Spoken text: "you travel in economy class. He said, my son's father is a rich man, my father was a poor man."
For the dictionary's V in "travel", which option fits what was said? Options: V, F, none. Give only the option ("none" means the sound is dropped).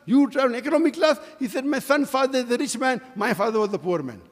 none